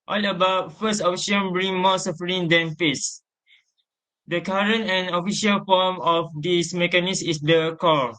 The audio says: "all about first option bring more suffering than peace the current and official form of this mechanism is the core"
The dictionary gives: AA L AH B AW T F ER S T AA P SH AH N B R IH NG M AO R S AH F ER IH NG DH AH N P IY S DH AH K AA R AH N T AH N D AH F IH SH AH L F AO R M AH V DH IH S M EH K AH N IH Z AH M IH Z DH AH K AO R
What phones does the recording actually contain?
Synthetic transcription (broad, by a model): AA L AH B AW T F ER S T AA F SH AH N B R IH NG M AO S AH F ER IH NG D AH N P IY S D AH K AA R AH N T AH N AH F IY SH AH L F AO M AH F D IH S M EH K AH N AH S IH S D AH K AO